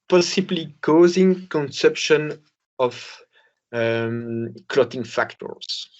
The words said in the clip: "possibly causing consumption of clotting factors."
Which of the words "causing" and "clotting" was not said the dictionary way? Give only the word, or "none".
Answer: none